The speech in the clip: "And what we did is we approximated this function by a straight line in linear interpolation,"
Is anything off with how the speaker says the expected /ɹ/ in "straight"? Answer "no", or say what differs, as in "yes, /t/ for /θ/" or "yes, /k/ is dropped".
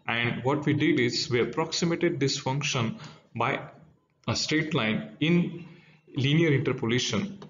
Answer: yes, /ɹ/ is dropped